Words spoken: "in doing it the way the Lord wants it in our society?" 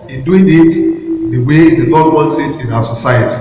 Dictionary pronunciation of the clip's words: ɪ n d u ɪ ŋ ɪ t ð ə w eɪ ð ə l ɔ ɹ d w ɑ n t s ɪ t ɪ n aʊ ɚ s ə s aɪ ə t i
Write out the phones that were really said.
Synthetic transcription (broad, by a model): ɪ n d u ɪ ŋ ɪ t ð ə w eɪ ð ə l ɔ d w ɑ n t s ɪ t ɪ n aʊ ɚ s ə s aɪ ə t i